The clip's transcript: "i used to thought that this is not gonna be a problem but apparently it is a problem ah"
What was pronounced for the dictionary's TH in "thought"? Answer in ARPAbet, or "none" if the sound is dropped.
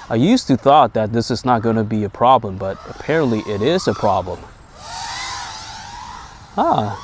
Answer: TH